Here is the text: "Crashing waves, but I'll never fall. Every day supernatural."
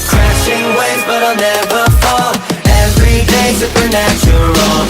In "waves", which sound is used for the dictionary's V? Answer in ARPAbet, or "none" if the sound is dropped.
none